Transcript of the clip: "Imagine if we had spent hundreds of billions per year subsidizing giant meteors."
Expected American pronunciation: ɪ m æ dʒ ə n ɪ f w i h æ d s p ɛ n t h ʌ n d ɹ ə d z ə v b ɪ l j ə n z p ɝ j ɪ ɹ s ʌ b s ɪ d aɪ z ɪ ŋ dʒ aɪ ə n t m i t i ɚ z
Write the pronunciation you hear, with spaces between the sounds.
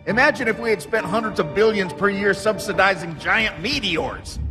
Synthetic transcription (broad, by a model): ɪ m æ dʒ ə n ɪ f w i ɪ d s p ɛ n t h ʌ n d ɹ ə d z ə v b ɪ l j ə n z p ɝ j ɪ ɹ s ʌ b s ɪ d aɪ z ɪ ŋ dʒ aɪ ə n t m i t i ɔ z